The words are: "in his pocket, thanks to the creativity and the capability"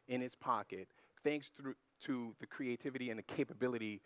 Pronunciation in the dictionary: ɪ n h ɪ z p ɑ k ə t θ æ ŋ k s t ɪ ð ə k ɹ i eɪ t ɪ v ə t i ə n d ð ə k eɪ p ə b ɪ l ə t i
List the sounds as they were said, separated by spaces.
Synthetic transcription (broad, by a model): ɪ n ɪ s p ɑ k ə t θ æ ŋ k s t ɪ ð ə k ɹ i eɪ t ɪ v ə t i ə n ð ə k eɪ p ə b ɪ l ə t i